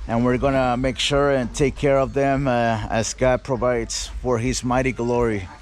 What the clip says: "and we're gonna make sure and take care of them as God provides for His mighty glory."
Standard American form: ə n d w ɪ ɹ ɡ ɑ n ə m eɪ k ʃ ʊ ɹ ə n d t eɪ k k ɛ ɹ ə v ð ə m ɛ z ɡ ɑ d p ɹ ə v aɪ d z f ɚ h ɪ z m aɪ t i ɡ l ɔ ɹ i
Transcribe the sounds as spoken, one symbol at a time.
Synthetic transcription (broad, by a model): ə n w ɪ ɹ ɡ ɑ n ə m eɪ k ʃ ʊ ɹ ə n t eɪ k k ɛ ɹ ə v ð ə m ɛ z ɡ ɑ d p ɹ ə v aɪ d z f ɚ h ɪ z m aɪ t i ɡ l ɔ ɹ i